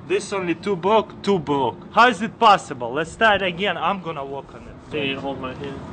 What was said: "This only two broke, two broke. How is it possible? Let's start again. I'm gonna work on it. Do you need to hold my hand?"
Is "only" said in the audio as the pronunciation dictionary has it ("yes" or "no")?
yes